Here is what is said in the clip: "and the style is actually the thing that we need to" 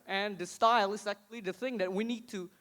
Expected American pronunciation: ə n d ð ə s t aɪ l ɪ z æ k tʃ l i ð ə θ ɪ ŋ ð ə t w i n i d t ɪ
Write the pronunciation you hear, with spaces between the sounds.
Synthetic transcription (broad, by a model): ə n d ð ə s t aɪ l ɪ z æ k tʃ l i ð ə θ ɪ ŋ ð ə t w i n i d t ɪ